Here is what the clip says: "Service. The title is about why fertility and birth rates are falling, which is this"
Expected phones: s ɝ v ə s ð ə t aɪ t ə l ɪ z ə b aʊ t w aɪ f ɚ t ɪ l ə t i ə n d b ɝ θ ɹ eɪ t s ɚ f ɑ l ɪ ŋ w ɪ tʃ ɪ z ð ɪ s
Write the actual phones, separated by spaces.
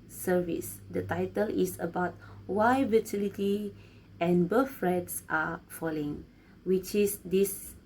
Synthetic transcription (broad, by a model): s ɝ v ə s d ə t aɪ t ə l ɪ s ə b aʊ t w aɪ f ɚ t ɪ l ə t i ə n b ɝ f ɹ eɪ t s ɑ f ɑ l ɪ ŋ w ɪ tʃ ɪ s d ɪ s